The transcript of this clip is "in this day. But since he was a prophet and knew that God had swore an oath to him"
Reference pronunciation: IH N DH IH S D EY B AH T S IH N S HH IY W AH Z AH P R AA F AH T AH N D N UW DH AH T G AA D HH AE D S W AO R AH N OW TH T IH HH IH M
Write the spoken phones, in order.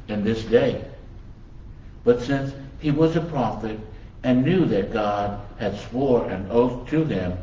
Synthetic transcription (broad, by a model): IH N DH IH S D EY B AH T S IH N S HH IY W AH Z AH P R AA F AH T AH N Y UW DH AH T G AA D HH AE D S W AO R AH N OW TH T IH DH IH M